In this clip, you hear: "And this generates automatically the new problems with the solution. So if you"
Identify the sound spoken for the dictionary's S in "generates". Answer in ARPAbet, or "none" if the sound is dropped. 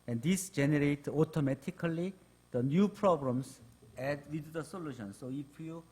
none